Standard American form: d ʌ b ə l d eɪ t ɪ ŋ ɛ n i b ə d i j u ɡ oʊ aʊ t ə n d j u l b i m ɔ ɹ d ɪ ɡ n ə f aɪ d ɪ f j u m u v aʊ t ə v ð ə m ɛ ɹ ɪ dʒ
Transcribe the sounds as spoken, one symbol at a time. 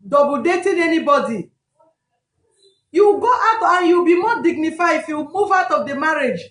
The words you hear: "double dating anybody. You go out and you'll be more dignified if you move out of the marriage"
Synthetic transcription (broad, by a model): d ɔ b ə d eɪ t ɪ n ɛ n i b ə d i j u ɡ oʊ aʊ t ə n j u w b i m ɔ d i ɡ n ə f aɪ ɪ f j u m u v aʊ t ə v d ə m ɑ ɹ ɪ dʒ